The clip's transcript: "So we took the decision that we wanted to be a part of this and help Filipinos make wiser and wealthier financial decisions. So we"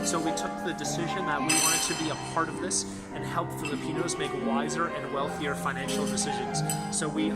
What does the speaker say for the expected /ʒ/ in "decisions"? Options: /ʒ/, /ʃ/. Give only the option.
/ʒ/